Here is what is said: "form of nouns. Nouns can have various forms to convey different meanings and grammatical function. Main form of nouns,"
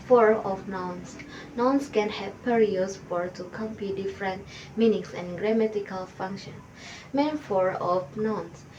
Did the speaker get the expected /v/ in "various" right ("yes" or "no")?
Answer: no